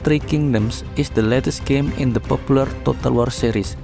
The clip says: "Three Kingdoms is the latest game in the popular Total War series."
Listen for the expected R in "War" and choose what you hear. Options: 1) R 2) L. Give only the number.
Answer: 1